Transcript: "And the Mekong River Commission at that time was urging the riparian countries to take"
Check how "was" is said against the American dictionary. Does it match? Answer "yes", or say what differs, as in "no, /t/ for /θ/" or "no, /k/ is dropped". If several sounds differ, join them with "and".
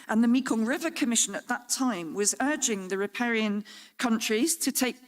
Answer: yes